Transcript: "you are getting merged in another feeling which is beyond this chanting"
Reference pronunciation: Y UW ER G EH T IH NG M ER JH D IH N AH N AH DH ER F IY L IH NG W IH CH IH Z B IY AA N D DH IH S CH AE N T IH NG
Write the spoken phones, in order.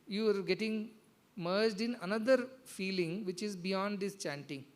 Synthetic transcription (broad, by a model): Y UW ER G EH T IH NG M ER JH D IH N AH N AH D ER F IY L IH NG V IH CH IH Z B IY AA N D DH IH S CH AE N T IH NG